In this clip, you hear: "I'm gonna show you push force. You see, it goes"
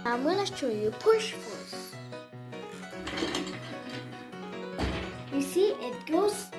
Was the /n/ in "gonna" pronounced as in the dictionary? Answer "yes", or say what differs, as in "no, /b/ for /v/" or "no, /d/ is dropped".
no, /l/ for /n/